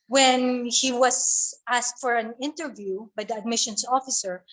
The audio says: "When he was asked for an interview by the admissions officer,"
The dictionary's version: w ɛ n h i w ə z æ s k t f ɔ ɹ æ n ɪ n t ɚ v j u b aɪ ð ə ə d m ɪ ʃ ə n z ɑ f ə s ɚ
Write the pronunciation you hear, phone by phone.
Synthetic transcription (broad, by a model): w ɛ n h i w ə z æ s k t f ɔ ɹ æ n ɪ n t ɚ v j u b aɪ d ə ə d m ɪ ʃ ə n s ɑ f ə s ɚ